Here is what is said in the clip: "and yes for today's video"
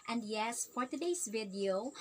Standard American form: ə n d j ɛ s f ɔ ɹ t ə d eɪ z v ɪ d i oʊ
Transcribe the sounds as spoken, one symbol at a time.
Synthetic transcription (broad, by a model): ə n d j ɛ s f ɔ ɹ t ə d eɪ s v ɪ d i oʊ